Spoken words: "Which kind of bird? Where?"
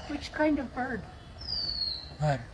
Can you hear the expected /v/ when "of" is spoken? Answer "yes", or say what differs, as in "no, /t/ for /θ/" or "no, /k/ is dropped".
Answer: yes